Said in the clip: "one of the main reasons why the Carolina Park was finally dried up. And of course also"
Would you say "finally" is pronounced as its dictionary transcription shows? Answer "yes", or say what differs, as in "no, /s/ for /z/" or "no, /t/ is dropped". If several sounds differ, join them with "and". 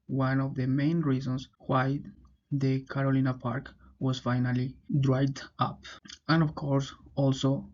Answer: yes